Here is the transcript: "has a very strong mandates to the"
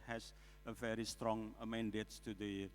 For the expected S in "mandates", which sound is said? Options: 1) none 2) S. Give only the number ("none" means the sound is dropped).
1